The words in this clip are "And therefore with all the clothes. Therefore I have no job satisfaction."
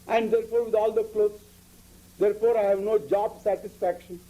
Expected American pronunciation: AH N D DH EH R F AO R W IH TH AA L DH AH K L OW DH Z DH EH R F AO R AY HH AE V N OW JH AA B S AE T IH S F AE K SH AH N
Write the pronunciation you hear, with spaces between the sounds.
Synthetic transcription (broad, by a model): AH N D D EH R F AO R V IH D AA L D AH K L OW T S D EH R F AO R AY HH AE V N OW JH AA B S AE T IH S F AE K SH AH N